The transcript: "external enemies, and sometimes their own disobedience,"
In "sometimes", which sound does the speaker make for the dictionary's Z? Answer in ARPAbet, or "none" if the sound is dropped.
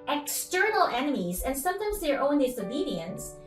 Z